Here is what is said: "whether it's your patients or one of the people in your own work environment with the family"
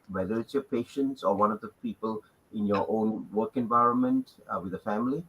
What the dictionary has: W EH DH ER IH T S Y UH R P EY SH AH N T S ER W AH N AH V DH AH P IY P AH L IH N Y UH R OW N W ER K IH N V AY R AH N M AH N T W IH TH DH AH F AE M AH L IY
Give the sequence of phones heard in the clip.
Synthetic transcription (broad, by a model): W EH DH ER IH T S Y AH P EY SH AH N T S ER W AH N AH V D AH P IY P AH L IH N Y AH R OW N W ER K IH N V AY R AH N M AH N T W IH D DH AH F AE M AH L IY